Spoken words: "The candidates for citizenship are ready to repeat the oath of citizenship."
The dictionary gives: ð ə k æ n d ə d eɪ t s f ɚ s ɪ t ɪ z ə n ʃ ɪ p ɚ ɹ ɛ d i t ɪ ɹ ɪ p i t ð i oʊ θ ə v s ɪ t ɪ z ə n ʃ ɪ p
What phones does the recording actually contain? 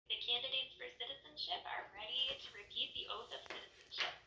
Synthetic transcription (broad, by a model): ð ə k æ n d ə d eɪ t s f ɚ s ɪ t ɪ z ə n ʃ ɪ p ɚ ɹ ɛ d i t ɪ ɹ ɪ p i t ð i oʊ θ ə v s ɪ t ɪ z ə n ʃ ɪ p